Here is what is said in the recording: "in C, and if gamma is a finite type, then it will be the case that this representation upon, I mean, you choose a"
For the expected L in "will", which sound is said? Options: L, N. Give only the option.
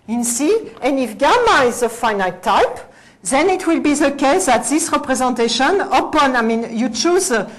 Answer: L